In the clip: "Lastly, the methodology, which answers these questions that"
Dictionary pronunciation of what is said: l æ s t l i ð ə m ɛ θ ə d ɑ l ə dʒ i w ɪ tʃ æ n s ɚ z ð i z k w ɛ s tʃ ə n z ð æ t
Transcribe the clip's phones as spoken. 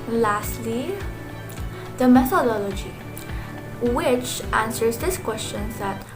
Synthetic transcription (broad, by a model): l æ s t l i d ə m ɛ t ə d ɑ l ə dʒ i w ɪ tʃ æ n s ɚ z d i s k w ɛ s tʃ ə n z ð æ t